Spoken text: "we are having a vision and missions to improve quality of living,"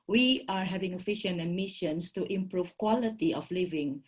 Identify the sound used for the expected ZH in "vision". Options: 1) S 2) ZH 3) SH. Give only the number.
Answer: 3